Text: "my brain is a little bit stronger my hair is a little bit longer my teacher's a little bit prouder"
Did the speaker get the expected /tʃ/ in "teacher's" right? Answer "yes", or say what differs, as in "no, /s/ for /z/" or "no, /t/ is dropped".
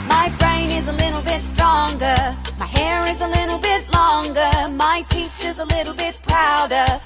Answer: yes